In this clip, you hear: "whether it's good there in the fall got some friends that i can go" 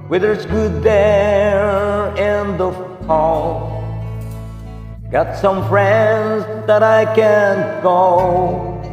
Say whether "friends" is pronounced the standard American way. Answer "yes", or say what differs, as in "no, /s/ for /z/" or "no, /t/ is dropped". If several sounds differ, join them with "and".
yes